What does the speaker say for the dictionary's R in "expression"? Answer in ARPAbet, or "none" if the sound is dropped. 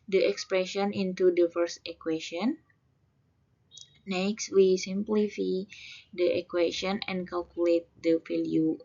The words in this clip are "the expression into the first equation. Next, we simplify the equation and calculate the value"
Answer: R